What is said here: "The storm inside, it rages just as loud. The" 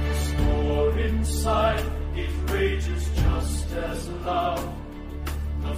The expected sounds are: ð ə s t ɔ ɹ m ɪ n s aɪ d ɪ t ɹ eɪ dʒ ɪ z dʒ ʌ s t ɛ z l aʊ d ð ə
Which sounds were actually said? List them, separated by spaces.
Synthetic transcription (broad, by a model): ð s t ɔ ɹ ɪ n s aɪ d ɪ t ɹ eɪ dʒ ɪ z dʒ ʌ s t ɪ z l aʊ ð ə